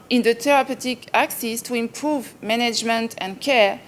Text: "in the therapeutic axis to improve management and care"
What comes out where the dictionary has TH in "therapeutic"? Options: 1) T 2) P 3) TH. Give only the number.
1